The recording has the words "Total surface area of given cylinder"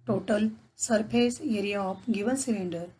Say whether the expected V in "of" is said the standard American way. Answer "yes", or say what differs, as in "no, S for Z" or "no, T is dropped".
no, P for V